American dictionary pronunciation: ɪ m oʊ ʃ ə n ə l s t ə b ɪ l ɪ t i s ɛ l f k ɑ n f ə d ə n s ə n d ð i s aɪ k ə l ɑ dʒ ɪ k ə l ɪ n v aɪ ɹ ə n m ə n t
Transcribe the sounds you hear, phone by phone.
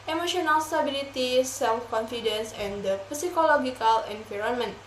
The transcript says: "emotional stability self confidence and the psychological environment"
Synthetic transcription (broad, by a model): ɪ m oʊ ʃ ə n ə l s t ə b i l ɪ t i s ɛ l f k ɑ n f ə d ə n s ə n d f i s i k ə l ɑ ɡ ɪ k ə l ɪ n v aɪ ɹ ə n m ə n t